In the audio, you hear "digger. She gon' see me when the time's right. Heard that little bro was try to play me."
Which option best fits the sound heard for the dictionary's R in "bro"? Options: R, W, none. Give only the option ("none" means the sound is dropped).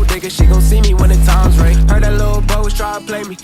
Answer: none